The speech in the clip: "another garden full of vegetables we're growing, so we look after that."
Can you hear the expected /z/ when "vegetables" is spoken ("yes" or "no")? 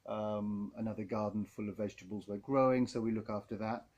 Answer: yes